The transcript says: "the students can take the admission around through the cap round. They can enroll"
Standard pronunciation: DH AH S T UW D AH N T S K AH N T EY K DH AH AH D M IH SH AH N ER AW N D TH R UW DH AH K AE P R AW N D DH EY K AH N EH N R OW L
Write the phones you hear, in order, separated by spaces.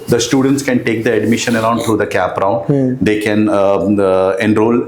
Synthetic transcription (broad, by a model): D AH S T UW D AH N T S K AH N T EY K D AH AH D M IH SH AH N ER AW N D T R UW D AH K AE P R AW N D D EY K AH N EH N R OW L